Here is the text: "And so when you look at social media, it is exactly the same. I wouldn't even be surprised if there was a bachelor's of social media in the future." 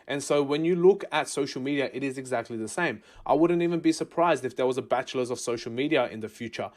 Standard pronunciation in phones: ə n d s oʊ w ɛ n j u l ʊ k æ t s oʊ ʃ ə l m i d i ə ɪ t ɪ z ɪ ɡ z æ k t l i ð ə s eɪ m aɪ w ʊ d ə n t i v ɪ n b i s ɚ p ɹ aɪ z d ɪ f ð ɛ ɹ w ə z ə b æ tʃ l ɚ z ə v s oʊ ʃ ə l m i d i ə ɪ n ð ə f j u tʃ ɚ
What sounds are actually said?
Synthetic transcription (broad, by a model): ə n s oʊ w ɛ n j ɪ l ʊ k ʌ t s oʊ ʃ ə l m i d i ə ɪ t ɪ z ɪ ɡ z æ k t l i ð ə s eɪ m aɪ w ʊ d n t i v ɪ n b i s ɚ p ɹ aɪ z d ɪ f ð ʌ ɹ w ə z ə b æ tʃ l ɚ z ə v s oʊ ʃ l m i d i ə ɪ n ð ə f j u tʃ ɚ